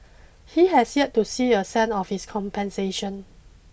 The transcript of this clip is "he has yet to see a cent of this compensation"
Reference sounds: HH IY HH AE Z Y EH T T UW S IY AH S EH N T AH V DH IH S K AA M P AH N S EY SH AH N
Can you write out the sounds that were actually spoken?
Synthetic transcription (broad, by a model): HH IY HH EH S Y EH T T UW S IY AH S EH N AH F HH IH S K AA M P AH N S EY SH AH N